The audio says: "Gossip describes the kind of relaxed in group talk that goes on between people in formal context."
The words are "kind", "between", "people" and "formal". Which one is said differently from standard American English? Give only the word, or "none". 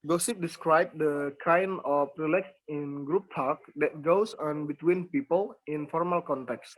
kind